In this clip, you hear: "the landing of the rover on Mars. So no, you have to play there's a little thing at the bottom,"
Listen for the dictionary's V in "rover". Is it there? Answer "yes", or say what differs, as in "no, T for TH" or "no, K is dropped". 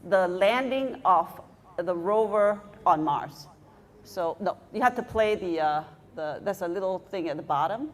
yes